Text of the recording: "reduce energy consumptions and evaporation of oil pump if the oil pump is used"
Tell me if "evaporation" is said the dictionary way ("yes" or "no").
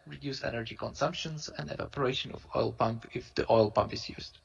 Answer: yes